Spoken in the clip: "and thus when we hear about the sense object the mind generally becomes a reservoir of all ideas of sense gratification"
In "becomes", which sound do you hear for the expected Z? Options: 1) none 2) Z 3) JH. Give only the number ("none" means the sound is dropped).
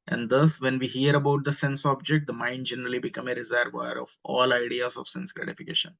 1